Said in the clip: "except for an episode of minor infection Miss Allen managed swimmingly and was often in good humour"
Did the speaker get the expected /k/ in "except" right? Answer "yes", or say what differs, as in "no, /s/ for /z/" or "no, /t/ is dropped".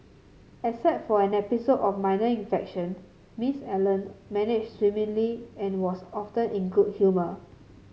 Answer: no, /k/ is dropped